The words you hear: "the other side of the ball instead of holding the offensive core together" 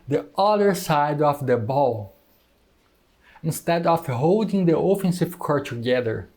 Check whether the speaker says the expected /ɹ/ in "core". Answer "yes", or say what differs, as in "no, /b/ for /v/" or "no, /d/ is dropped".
yes